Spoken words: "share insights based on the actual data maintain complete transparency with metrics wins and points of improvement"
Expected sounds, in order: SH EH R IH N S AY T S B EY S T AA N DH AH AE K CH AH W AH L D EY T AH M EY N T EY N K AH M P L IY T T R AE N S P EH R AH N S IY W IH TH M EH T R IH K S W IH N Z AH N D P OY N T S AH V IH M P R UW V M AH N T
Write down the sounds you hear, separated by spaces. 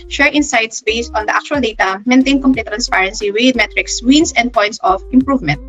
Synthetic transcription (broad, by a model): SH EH R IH N S AY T S B EY S T AA N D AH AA K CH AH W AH L D EY T AH M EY N T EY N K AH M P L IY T T R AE N S P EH R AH N S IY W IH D M EH T R IH K S W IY N S AH N D P OY N T S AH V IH M P R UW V M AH N T